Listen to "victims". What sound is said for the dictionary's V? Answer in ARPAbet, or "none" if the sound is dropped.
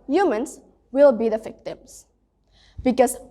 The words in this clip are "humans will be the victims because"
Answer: F